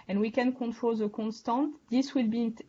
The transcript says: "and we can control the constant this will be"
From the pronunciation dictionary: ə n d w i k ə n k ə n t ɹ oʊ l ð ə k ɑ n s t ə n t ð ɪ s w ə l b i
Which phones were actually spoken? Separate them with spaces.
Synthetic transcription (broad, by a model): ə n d w i k ə n k ə n t ɹ oʊ l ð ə k ɑ n s t ə n t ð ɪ s w ə l b i